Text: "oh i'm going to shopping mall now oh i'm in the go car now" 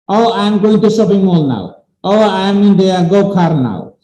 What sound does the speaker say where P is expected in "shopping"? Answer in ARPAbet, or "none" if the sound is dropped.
B